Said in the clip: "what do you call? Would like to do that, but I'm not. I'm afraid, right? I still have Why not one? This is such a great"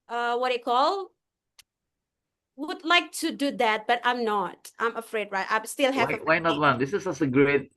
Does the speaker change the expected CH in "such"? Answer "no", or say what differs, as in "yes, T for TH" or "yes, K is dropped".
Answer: yes, S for CH